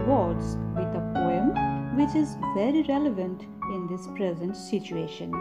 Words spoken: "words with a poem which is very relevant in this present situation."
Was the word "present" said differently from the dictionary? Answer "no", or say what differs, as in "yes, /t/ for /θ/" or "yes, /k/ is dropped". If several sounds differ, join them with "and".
no